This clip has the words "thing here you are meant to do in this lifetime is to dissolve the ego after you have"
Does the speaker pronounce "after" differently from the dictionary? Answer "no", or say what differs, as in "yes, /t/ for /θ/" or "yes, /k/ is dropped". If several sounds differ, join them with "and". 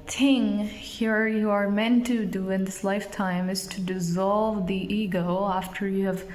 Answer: no